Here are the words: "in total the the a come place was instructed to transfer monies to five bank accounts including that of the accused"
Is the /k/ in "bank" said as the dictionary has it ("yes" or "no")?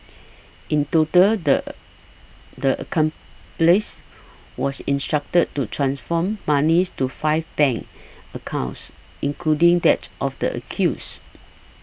no